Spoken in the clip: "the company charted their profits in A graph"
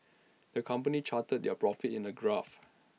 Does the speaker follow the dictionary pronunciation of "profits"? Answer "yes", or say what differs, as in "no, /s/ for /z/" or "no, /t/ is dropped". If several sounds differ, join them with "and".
no, /s/ is dropped